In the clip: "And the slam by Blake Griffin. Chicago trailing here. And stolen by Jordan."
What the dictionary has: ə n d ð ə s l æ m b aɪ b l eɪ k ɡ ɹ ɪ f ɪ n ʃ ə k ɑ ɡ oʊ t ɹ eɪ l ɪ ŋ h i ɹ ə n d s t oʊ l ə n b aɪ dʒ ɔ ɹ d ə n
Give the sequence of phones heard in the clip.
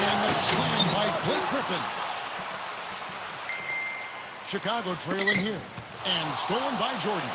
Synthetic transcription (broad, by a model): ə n ð ə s æ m b aɪ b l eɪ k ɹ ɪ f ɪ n ʃ ə k ɑ ɡ oʊ t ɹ eɪ l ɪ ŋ h i ɹ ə n s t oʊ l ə n b aɪ dʒ ɔ ɹ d n